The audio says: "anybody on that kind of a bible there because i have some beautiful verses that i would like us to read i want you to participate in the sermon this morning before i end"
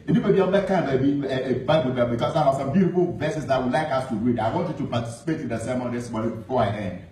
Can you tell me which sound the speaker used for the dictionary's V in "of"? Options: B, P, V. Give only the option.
B